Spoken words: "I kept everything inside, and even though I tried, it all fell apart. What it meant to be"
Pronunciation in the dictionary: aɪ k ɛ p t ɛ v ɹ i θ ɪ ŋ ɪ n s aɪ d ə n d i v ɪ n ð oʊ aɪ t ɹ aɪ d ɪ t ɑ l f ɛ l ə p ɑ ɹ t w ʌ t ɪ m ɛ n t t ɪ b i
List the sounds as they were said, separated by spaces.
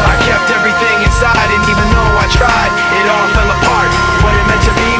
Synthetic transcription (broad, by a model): aɪ k ɛ p t ɛ v ɹ i θ ɪ ŋ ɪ n s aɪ d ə n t i v ɪ n oʊ aɪ t ɹ aɪ d ɪ t ɑ l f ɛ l ə p ɑ ɹ t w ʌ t ɪ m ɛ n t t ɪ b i